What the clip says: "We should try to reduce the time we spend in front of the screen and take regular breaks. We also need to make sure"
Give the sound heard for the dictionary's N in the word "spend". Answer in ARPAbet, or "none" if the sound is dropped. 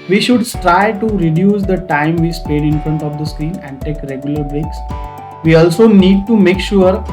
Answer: none